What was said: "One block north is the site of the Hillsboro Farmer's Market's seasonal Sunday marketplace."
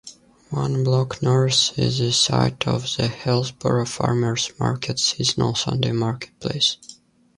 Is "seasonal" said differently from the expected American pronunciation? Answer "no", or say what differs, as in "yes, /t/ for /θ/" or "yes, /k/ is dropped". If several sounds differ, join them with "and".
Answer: no